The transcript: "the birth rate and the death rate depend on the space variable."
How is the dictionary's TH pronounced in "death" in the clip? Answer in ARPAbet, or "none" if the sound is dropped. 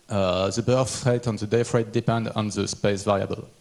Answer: F